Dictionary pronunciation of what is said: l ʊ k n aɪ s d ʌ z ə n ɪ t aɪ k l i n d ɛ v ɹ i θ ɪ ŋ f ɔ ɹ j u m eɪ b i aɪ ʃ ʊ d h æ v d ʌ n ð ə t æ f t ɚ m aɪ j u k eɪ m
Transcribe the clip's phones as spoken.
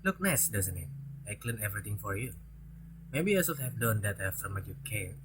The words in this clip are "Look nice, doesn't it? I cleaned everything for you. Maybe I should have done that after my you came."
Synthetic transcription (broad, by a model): l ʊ k n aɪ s d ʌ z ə n ɪ t aɪ k l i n ɛ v ɹ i t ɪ ŋ f ɔ ɹ j u m eɪ b i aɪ s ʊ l h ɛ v d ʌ n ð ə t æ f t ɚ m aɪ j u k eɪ